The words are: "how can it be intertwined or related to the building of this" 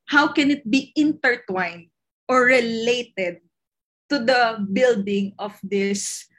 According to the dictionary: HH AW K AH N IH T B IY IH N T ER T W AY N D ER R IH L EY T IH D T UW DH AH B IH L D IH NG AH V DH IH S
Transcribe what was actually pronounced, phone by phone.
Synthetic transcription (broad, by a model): HH AW K AH N IH T B IY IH N T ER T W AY N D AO R IH L EY T IH D T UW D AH B IH L D IH NG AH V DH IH S